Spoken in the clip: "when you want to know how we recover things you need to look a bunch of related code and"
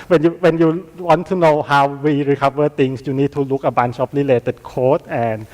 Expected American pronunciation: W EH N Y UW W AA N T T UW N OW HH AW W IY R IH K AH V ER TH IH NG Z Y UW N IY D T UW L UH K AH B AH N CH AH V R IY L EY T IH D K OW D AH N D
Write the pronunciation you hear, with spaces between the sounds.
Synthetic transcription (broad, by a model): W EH N Y UW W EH N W T UW N OW HH AW W IY R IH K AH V ER T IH NG S Y UW N IY D T UW L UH K AH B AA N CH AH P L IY L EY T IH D K OW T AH N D